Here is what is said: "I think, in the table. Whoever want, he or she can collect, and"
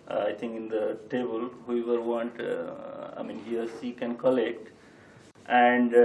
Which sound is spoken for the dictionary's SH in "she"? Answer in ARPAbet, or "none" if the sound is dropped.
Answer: S